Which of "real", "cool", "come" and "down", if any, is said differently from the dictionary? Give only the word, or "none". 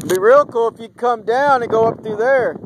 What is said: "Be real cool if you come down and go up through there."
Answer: none